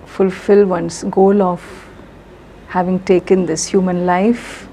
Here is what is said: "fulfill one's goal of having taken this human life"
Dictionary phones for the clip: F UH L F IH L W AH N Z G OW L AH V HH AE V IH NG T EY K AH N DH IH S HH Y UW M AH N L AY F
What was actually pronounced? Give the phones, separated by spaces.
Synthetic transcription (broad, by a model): F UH L F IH L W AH N S G OW L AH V HH AE V IH NG T EY K AH N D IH S HH Y UW M AH N L AY F